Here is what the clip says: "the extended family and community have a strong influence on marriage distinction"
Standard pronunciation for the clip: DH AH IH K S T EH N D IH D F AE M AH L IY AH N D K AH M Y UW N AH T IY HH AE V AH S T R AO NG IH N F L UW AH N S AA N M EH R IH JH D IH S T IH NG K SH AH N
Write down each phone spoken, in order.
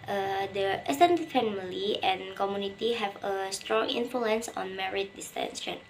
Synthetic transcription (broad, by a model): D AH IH S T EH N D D F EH M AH L IY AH N K AH M Y UW N AH T IY HH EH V AH S T R AO NG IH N F L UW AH N S AA N M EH R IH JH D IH S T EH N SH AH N